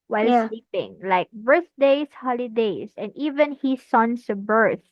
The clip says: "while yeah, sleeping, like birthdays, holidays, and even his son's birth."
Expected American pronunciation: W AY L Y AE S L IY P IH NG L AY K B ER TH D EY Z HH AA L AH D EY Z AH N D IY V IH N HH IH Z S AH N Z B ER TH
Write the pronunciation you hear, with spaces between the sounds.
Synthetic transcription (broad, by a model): W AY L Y S L IY P IH NG L AY K B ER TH D EY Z HH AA L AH D EY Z AH N D IY V IH N HH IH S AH N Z B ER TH